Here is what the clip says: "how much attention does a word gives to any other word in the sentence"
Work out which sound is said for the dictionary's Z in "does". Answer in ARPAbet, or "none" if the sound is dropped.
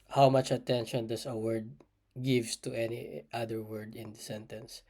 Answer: S